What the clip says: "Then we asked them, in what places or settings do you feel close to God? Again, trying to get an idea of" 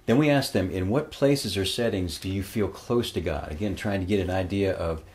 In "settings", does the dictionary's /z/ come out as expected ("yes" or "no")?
yes